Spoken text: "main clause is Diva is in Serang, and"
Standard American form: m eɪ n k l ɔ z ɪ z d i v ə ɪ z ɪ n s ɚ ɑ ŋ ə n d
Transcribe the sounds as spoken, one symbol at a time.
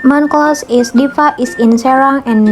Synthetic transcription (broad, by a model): m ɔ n k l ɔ s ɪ s d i f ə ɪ s ɪ n s ɚ ɑ ŋ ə n